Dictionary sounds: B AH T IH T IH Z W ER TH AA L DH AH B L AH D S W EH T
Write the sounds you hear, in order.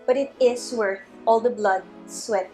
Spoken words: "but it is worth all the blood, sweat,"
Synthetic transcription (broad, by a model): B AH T IH T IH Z W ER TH AA L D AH B L AH D S W EH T